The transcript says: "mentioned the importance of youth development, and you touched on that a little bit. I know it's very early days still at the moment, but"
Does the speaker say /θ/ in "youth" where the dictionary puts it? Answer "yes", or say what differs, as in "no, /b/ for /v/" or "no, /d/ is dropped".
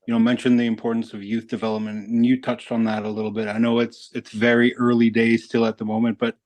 yes